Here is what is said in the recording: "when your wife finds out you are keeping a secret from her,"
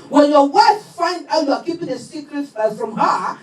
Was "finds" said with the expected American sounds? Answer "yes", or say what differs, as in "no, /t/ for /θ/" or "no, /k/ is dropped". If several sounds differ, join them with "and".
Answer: no, /z/ is dropped